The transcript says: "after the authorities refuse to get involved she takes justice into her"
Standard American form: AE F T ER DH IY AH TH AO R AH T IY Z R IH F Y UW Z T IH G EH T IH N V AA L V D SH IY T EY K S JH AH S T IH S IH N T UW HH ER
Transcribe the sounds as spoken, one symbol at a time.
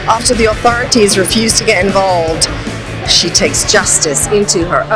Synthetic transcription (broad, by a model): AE F T ER DH IY AH TH AO R AH T IY Z R IH F Y UW Z T IH G EH T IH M V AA L V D SH IY T EY K S JH AH S T IH S IH N T UW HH ER